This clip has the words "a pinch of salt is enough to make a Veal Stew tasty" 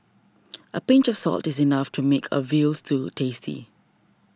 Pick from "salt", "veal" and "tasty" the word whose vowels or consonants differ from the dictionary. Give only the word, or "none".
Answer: none